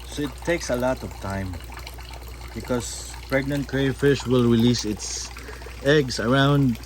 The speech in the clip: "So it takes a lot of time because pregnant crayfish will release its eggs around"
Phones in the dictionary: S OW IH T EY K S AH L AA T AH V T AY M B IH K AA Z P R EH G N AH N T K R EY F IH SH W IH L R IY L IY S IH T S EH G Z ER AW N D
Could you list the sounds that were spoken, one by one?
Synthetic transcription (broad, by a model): S OW IH T EY K S AH L AA T AH V T AY M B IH K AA S P R EH G N AH N T K R EY F IH SH W IH L R IY L IY S IH T S EH G S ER AW N D